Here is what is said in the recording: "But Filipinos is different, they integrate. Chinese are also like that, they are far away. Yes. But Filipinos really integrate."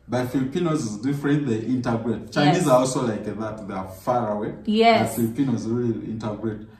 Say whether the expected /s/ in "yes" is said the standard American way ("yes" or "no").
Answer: no